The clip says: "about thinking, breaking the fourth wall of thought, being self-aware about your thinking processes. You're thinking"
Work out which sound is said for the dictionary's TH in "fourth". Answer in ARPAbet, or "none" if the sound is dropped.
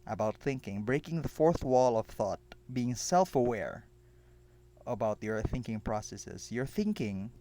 TH